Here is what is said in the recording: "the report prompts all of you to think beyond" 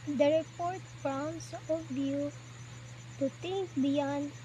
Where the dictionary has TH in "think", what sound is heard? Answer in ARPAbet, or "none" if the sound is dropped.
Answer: T